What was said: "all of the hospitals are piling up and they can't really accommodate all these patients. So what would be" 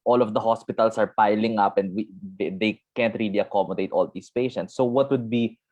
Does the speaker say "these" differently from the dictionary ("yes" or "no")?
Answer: yes